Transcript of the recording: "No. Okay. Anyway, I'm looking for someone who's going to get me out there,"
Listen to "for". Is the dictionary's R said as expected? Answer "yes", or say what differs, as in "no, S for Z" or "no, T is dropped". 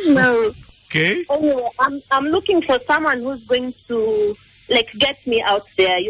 yes